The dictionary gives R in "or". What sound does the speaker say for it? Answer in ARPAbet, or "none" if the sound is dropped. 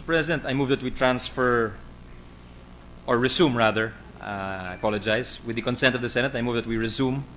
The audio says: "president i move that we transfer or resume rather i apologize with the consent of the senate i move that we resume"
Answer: R